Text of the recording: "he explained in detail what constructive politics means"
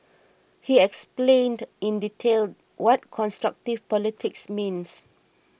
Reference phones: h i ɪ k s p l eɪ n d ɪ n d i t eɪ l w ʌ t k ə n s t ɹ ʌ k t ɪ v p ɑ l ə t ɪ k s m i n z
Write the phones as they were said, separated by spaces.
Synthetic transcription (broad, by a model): h i ɪ k s p l eɪ n d ɪ n d i t eɪ l w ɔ t k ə n s t ɹ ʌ k t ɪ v p ɑ l ə t ɪ k s m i n s